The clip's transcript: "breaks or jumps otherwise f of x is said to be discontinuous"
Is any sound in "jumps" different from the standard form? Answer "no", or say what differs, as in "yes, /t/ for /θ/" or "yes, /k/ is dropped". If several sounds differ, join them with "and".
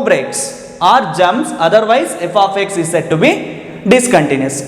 yes, /p/ is dropped